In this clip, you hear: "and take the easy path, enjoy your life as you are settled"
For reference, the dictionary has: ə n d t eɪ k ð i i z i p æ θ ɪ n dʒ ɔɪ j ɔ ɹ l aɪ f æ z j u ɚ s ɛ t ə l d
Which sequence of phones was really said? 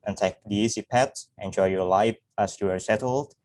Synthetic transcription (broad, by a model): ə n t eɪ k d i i s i p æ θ ɪ n dʒ ɔɪ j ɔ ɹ l aɪ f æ s j u ɚ s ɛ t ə l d